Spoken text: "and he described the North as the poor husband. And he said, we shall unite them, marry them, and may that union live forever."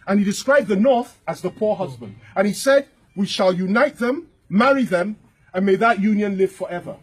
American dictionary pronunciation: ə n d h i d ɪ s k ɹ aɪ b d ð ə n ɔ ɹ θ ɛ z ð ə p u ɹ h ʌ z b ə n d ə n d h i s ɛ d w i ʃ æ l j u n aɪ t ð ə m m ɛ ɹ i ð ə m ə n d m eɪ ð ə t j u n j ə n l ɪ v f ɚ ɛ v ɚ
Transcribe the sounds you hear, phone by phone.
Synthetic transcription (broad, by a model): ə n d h i d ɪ s k ɹ aɪ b ð ə n ɔ ɹ θ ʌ z ð ə p u ɹ h ʌ z b ə n d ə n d i s ɛ d w i ʃ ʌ l j u n aɪ t ð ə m m ɛ ɹ i ð ə m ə n m eɪ ð ə t j u n j ə n l ɪ v f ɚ ɛ v ɚ